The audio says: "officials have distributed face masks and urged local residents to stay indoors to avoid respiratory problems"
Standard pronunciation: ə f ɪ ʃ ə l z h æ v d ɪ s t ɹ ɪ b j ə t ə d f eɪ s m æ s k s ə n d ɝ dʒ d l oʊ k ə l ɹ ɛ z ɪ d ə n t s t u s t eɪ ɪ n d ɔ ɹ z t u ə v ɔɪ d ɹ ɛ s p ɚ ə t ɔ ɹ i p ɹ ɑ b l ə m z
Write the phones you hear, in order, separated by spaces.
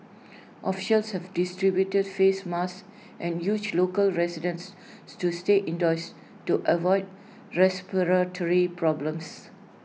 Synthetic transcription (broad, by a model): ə f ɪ ʃ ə l s h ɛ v d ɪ s t ɹ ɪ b j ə t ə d f eɪ s m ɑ s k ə n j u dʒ l oʊ k ə l ɹ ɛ s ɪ d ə n s s t u s t eɪ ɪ n d ɔ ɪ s t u ə v ɔɪ d ɹ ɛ s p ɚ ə t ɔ ɹ i p ɹ ɑ b l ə m s